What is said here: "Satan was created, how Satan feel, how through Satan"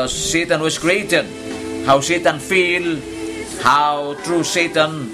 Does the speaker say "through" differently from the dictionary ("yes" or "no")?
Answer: yes